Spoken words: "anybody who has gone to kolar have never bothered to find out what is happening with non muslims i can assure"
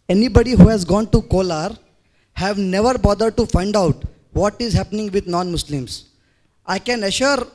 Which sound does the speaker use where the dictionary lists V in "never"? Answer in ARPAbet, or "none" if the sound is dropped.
V